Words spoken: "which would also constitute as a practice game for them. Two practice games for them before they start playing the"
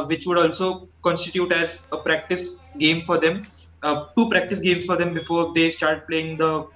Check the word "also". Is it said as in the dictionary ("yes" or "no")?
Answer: yes